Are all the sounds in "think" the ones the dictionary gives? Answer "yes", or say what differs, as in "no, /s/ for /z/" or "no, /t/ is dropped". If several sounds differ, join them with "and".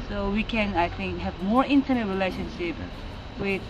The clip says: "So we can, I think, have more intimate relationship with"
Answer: no, /t/ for /θ/